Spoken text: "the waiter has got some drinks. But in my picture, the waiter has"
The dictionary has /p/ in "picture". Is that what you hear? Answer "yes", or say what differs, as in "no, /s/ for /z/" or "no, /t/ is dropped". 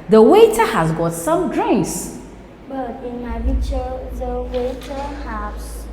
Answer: no, /b/ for /p/